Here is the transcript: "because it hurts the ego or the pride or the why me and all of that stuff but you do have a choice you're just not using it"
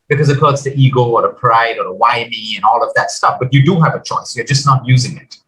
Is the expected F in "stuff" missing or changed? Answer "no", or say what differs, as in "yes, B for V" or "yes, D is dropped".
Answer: no